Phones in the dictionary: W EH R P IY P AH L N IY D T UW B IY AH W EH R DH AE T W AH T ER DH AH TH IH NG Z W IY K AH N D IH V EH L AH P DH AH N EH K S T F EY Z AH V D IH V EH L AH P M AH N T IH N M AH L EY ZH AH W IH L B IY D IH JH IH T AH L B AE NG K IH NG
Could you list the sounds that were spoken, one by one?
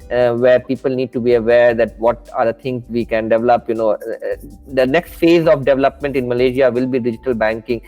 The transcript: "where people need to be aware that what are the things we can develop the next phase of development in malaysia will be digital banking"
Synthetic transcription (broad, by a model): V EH R P IY P AH L N IY D T UW B IY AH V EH R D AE T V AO T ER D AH T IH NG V IY K AH N D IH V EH L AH P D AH N EH K S T F EY Z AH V D IH V EH L AH P M AH N T IH N M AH L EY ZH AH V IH L B IY D IH JH IH T AH L B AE NG K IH NG